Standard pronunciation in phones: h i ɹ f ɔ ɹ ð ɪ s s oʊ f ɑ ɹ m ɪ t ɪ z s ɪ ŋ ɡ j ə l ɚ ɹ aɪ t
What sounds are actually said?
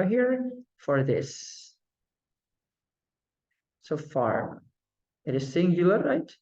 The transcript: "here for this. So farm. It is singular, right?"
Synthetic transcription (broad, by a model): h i ɹ f ɔ ɹ ð ɪ s s oʊ f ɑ ɹ ɪ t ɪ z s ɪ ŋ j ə l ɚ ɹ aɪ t